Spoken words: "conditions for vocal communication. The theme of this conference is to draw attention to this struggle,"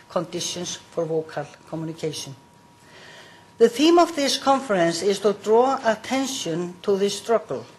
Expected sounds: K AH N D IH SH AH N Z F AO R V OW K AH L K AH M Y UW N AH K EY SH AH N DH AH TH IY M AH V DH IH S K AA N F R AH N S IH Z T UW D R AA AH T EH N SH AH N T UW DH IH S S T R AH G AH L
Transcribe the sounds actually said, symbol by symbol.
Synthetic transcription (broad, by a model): K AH N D IH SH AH N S F AO R V OW K AH L K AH M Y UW N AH K EY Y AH N DH AH TH IY M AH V DH IH S K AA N F R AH N S IH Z T UW D R AA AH T EH N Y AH N T UW DH IH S S T R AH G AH L